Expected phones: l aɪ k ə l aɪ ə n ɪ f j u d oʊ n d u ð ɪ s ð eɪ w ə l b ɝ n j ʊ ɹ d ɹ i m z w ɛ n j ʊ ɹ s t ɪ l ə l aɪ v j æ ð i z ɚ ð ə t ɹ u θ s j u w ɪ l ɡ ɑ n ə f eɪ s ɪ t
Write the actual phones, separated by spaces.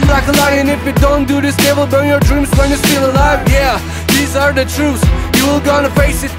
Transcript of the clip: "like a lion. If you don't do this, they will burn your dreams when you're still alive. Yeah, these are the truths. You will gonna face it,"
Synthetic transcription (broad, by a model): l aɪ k ə l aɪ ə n ɪ f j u d oʊ n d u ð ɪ s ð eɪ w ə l b ɝ n j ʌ ɹ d ɹ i m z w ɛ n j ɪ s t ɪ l ə l aɪ v j æ ð i z ɚ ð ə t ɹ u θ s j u w ɪ l ɡ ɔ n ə f eɪ s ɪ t